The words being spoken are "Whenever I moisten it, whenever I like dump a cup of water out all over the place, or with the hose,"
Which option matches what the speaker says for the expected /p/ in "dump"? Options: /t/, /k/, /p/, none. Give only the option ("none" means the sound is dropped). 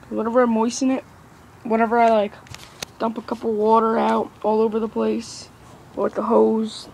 /p/